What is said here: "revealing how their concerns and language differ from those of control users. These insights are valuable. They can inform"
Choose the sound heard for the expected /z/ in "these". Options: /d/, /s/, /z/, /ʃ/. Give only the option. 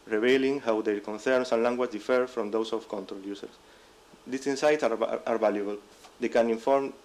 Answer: /s/